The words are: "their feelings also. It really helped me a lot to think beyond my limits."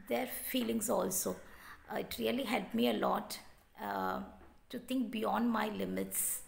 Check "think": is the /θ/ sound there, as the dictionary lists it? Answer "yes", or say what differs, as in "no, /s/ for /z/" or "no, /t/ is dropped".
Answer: no, /t/ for /θ/